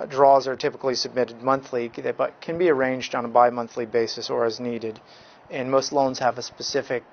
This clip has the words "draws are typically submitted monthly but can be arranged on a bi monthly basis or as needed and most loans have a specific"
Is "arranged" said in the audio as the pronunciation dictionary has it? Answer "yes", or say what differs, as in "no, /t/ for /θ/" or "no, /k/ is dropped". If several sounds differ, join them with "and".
yes